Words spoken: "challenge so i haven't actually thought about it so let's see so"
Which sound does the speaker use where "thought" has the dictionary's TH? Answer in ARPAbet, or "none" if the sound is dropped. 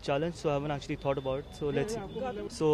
T